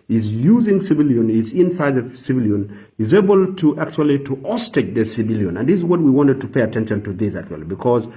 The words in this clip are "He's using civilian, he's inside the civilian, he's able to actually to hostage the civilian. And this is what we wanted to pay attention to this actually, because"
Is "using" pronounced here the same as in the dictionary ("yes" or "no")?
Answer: yes